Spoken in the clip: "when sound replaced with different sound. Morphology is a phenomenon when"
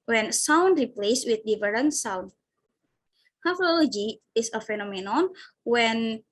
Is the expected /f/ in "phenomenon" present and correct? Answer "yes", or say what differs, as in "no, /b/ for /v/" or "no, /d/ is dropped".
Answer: yes